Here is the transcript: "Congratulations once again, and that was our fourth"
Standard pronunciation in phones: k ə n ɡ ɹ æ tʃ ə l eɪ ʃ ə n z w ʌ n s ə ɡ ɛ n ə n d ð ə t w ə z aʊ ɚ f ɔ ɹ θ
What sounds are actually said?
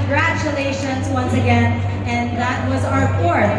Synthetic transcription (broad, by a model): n ɡ ɹ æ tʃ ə l eɪ ʃ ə n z w ʌ n s ə ɡ ɛ n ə n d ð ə t w ə z aʊ ɚ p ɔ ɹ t